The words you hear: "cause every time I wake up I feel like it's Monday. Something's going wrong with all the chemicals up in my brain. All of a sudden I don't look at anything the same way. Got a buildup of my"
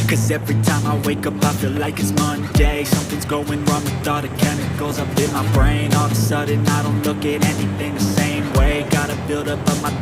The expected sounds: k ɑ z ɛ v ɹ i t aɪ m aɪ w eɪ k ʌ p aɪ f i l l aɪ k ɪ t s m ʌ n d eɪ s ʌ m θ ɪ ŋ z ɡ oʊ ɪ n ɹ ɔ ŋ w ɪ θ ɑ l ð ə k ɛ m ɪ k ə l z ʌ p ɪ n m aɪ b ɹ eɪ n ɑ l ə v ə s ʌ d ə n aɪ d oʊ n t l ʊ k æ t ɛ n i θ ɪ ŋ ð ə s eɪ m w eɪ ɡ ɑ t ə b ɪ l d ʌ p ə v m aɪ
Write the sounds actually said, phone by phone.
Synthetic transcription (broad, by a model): k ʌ z ɛ v ɹ i t aɪ m aɪ w eɪ k ʌ p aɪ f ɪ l l aɪ k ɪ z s m ʌ n d eɪ s ʌ m θ ɪ ŋ z ɡ oʊ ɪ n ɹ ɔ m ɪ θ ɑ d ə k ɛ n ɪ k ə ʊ z ʌ p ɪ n m aɪ b ɹ eɪ n ɑ l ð ə s ʌ d n aɪ d oʊ n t l ʊ k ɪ t ɛ n i θ ɪ ŋ ð ə s eɪ m w eɪ ɡ ɑ t ə b ɪ l d ʌ p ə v m aɪ